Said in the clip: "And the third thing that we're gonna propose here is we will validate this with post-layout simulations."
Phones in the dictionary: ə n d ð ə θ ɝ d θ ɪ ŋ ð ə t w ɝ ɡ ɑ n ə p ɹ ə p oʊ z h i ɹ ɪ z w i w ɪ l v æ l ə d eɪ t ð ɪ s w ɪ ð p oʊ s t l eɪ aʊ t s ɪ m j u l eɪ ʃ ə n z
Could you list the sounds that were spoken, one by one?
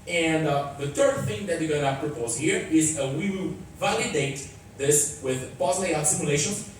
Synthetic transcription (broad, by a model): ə n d ð ə θ ɝ d θ ɪ ŋ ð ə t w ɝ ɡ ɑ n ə p ɹ ə p oʊ z h i ɹ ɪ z w i w ɪ l v æ l ə d eɪ t ð ɪ s w ɪ ð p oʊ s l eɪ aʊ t s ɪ m j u l eɪ ʃ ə n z